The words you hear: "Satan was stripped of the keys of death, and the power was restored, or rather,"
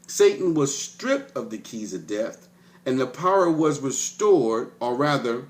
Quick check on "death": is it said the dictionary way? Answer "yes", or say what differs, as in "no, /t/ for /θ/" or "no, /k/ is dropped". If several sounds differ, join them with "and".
yes